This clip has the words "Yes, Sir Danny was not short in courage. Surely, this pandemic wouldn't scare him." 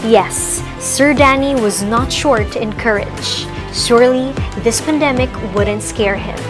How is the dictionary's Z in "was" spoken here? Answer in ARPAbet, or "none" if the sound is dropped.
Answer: Z